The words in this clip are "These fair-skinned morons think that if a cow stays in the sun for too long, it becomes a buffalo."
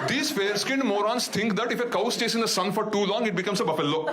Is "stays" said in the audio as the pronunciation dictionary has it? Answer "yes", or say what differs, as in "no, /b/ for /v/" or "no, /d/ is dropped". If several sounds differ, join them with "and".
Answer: no, /s/ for /z/